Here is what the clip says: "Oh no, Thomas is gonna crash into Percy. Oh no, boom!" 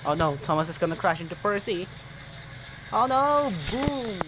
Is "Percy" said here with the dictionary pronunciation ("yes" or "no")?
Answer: yes